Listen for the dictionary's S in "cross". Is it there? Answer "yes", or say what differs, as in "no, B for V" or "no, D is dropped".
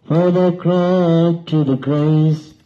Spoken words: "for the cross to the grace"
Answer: no, S is dropped